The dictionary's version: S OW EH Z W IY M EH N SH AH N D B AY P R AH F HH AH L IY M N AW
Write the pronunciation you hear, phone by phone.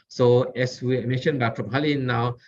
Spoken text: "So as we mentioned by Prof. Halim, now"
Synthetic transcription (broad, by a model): S OW EH S W IY M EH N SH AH N B AY F R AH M HH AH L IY N AW